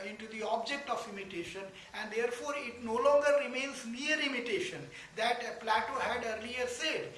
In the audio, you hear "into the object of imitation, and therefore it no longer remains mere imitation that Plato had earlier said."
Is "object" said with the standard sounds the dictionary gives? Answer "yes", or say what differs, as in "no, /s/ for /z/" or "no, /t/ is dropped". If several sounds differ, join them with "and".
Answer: yes